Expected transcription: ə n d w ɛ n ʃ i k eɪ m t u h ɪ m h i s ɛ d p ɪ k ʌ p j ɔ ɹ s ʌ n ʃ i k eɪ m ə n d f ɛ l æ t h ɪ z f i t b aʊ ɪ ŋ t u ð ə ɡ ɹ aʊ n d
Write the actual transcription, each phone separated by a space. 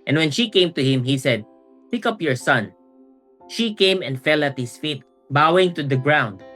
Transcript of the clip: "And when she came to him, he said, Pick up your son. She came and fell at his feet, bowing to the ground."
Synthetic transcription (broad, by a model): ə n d w ɛ n ʃ i k eɪ m t u h ɪ m h i s ɛ d p ɪ k ʌ p j ɔ ɹ s ʌ n ʃ i k eɪ m ə n d f ɛ l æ t h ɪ s f i t b aʊ ɪ ŋ t u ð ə ɡ ɹ aʊ n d